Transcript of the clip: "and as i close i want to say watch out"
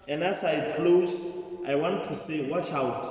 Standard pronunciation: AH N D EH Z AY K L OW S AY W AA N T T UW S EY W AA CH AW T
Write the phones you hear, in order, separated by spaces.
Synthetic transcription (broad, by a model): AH N D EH S AY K L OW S AY W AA N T T UW S EY W AA CH AW T